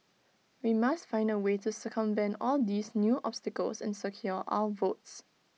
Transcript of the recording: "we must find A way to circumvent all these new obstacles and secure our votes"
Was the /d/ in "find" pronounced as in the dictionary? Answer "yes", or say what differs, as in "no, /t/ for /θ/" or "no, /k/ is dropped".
yes